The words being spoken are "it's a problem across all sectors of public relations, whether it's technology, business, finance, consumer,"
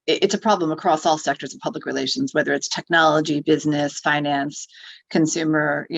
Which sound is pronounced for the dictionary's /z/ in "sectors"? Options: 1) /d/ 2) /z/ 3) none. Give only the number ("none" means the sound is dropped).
2